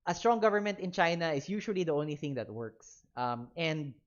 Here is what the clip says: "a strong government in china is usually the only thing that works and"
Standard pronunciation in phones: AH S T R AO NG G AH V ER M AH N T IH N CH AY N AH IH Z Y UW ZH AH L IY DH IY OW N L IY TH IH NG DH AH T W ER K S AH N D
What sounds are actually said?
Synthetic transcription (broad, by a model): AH S T R AO NG G AH V ER M AH N T IH N CH AY N AH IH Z Y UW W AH L IY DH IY OW N L IY TH IH NG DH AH T W ER K S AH N D